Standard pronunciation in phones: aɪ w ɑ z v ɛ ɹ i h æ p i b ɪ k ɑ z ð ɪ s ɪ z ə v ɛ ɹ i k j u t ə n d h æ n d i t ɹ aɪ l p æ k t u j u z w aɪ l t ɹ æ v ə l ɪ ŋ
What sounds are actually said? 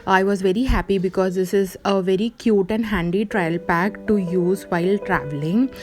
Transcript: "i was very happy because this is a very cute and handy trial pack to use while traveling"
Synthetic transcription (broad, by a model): aɪ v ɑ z v ɛ ɹ i h æ p i b ɪ k ɑ z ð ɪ s ɪ z ə v ɛ ɹ i k j u t ə n d h æ n d i t ɹ aɪ l p æ k t u j u z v aɪ l t ɹ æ v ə l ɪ ŋ